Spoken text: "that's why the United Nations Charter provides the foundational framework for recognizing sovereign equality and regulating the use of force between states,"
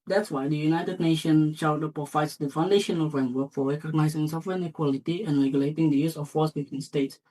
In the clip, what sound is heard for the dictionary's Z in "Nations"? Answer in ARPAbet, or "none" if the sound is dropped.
none